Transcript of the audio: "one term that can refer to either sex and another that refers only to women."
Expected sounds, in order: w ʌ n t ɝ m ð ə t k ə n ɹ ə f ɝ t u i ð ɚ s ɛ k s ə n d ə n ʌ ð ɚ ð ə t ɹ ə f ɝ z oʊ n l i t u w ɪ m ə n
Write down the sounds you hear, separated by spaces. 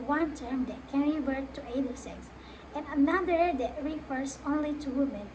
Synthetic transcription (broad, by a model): w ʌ n t ɝ m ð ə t k ə n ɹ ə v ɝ t u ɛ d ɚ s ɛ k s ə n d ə n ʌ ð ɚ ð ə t ɹ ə f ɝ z oʊ n l i t u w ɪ m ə n